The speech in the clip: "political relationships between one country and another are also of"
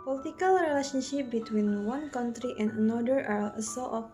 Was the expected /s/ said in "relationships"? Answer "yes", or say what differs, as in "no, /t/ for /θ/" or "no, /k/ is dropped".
no, /s/ is dropped